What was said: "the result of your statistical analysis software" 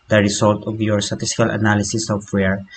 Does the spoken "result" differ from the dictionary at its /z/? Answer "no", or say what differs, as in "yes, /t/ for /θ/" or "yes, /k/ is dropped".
yes, /s/ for /z/